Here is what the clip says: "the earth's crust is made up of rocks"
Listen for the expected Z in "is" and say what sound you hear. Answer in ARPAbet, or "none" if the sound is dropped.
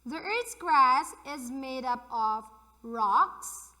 Z